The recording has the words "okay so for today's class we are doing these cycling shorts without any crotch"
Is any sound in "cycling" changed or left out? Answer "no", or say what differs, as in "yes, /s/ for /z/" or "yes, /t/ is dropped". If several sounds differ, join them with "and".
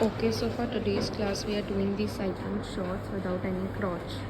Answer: yes, /l/ is dropped